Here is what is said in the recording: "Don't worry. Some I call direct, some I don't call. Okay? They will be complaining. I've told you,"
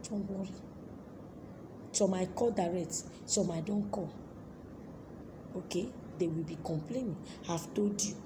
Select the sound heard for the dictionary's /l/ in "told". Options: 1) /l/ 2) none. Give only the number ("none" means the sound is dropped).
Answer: 2